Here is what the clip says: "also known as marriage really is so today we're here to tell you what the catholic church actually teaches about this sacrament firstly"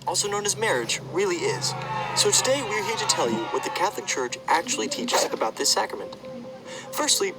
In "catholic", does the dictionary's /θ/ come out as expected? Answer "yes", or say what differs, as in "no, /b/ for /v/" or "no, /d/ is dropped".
yes